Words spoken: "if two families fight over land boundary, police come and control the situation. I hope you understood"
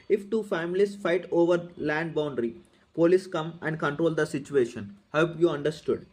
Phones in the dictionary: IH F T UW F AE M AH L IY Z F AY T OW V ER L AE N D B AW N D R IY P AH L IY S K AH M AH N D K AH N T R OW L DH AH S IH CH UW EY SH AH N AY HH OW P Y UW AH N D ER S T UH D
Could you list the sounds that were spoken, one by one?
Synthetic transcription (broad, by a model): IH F T UW F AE M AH L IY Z F AY T OW V ER L AE N D B AW N D R IY P AH L IY S K AH M AH N D K AH N T R OW L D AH S IH CH UW EY SH AH N HH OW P Y UW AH N D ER S T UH D